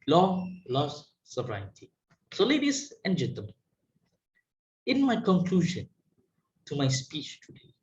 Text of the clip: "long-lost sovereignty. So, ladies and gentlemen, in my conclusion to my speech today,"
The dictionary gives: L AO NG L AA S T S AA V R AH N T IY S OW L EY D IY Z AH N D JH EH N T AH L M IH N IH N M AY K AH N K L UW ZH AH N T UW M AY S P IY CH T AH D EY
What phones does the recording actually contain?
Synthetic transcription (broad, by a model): L AO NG L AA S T S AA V R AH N T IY S OW L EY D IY S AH N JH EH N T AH M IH IH N M AY K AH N K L UW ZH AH N T UW M AY S P IY CH T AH D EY